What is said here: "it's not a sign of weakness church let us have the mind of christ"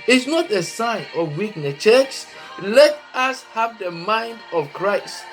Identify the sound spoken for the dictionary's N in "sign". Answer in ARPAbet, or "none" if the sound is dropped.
N